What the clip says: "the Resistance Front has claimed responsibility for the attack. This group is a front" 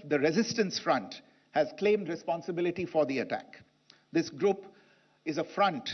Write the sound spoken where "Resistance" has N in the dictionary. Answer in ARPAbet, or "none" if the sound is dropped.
N